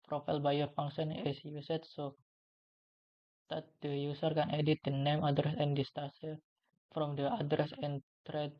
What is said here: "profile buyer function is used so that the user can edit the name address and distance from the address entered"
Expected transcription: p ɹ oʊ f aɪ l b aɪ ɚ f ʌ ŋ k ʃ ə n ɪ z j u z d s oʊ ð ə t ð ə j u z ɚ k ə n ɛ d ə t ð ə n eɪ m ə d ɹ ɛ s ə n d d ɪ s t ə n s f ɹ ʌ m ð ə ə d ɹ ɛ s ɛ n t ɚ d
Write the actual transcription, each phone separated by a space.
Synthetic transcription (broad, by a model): p ɹ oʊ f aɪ l b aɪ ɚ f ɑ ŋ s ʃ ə n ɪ s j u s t s oʊ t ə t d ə j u s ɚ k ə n ɛ d ə t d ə n eɪ m ə d ɹ ɛ s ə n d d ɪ s t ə s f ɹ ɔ m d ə ə d ɹ ɛ s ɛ n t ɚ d